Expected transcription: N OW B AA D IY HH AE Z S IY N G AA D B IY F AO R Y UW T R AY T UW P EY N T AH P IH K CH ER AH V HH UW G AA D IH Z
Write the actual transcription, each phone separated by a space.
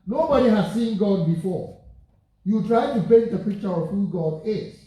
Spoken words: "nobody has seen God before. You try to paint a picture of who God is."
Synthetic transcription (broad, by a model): N OW B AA D IY HH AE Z S IY N G AA D B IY F AO Y UW T R AY T UW B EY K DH AH P IH K CH ER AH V HH UW G AA D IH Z